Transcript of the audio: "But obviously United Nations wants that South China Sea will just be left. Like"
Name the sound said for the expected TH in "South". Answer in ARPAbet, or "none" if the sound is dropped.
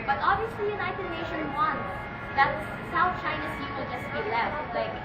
T